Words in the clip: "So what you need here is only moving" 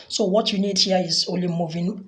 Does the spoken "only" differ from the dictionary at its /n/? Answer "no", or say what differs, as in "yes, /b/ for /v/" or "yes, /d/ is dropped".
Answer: yes, /n/ is dropped